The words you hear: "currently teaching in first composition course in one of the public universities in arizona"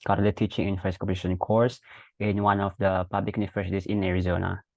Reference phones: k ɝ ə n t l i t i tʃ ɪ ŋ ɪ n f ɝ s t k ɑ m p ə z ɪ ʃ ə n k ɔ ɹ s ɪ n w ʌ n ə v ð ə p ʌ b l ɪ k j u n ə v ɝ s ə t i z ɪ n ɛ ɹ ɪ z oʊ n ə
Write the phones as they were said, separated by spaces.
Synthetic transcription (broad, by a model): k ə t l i t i tʃ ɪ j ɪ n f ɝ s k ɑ p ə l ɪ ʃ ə n k ɔ ɹ s ɪ n w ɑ n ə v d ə p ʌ b l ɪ k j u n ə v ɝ s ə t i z ɪ n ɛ ɹ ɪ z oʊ n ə